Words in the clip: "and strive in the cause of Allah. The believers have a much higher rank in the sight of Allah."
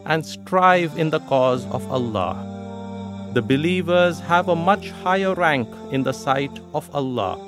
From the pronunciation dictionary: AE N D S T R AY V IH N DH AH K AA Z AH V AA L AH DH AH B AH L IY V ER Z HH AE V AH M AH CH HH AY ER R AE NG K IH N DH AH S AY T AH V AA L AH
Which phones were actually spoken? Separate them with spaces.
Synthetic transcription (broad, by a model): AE N D S T R AY V IH N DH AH K AA Z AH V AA L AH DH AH B AH L IY V ER Z HH AE V AH M AH CH HH AY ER R AE NG K IH N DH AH S AY T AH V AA L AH